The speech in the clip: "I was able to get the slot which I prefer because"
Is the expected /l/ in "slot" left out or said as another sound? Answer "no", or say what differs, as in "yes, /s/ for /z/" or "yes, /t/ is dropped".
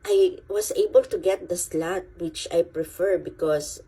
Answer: no